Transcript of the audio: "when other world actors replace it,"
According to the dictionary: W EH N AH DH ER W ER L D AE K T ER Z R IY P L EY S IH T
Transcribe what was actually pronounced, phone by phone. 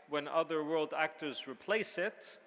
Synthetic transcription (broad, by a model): W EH N AH DH ER W ER L D AE K T ER Z R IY P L EY S IH T